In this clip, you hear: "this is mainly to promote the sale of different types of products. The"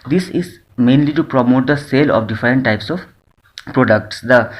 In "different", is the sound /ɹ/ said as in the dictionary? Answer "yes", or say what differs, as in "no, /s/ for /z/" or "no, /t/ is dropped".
yes